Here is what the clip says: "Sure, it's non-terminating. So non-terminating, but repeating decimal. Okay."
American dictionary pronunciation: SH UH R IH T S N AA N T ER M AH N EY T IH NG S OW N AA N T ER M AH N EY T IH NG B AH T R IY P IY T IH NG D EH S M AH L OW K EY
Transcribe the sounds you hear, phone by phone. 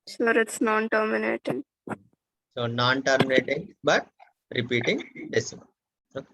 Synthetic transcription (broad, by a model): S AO R IH T S N AA N T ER M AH N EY T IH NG S OW N AA N T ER M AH N EY T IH NG B AH T R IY P IY T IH NG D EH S AH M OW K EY